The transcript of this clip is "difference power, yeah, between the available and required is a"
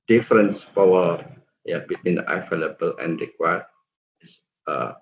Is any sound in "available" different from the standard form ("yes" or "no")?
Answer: yes